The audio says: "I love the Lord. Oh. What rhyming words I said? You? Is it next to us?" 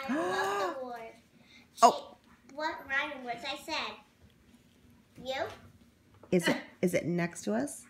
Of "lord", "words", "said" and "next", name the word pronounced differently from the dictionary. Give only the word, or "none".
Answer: lord